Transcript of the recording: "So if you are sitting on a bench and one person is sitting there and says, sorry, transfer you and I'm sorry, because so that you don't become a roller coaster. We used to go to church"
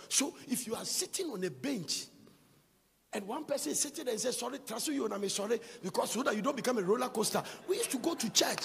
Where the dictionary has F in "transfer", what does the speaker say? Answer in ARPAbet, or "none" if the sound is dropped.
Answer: none